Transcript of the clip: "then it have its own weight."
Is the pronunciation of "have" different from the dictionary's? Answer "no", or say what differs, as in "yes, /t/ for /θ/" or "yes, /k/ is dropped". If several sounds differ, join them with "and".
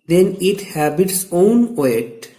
yes, /b/ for /v/